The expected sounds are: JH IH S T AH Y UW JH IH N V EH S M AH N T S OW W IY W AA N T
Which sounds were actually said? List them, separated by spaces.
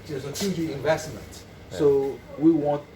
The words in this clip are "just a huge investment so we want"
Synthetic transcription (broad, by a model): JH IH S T AH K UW IH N V EH S M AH N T S OW W IY W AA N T